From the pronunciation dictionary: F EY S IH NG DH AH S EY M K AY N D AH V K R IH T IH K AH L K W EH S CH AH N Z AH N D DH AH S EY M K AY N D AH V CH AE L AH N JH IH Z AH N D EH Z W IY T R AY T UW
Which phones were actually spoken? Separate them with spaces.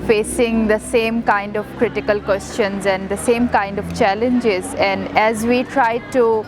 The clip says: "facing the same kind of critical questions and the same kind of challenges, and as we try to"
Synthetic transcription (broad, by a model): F EY S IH NG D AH S EY M K AY N D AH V K R IH T IH K AH L K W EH S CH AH N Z AH N D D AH S EY M K AY N D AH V CH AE L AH N JH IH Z AH N D EH Z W IY T R AY T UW